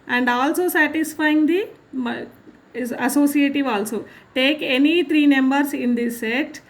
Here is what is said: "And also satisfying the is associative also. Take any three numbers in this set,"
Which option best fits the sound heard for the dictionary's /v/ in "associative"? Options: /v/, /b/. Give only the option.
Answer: /v/